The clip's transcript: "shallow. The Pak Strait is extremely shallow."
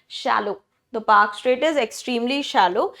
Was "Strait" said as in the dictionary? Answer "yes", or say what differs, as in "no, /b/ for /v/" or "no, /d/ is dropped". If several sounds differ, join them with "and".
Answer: yes